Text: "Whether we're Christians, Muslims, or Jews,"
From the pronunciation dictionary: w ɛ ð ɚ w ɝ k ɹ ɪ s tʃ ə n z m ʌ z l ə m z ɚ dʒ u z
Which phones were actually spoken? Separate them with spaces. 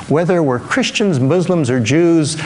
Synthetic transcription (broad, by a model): w ɛ ð ɚ w ɝ k ɹ ɪ s tʃ ə n z m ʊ z l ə m z ɚ dʒ u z